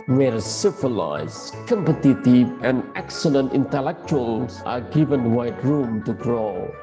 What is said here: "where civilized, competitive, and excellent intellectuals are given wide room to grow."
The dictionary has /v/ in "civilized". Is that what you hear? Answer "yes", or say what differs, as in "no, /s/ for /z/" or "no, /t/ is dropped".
no, /f/ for /v/